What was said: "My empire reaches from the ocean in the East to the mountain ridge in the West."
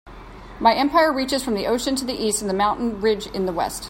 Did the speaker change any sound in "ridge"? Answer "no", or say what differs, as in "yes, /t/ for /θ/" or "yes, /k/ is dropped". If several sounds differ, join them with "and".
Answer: no